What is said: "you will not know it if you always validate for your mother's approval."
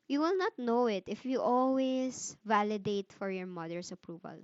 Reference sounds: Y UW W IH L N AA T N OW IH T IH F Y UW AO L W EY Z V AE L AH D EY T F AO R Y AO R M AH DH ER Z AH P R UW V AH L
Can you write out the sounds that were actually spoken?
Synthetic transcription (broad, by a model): Y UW W IH L N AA T N OW IH T IH F Y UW AO L W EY S V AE L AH D EY T F AO R Y AO R M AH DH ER S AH P R UW V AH L